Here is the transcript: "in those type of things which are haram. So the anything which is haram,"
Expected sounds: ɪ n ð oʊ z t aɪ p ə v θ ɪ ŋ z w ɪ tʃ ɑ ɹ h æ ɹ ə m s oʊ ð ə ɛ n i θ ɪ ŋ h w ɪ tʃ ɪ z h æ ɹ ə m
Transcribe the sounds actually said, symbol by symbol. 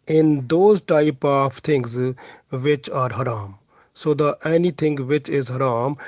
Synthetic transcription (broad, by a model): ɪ n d oʊ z t aɪ p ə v t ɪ ŋ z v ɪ tʃ ɑ ɹ h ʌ ɹ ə m s oʊ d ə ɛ n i t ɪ ŋ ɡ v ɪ tʃ ɪ z h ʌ ɹ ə m